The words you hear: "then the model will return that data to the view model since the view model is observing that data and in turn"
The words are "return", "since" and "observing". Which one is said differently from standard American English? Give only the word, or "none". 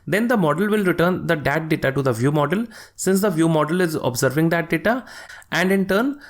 none